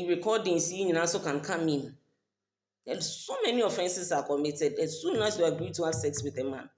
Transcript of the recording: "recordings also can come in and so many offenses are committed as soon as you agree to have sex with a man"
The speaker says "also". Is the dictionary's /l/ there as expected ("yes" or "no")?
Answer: no